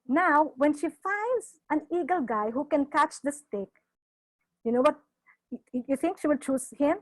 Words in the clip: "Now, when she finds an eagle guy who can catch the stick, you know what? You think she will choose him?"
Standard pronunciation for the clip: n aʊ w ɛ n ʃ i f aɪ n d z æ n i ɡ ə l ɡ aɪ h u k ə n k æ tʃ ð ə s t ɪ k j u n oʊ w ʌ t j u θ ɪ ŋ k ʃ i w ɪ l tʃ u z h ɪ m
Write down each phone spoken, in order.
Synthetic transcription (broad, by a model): n aʊ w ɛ n ʃ i f aɪ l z æ n i ɡ ə l ɡ aɪ h u k ə n k æ tʃ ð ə s t ɪ k j u n oʊ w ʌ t j u t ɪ ŋ k ʃ i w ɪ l tʃ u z h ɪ m